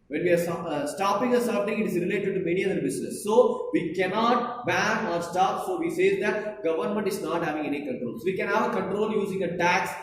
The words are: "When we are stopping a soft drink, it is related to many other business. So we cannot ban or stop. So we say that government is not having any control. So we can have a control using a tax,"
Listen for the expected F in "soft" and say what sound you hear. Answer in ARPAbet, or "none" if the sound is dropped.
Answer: none